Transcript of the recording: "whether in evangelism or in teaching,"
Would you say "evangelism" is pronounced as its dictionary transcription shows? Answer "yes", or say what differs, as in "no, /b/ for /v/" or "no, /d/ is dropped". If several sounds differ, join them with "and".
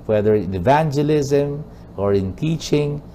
yes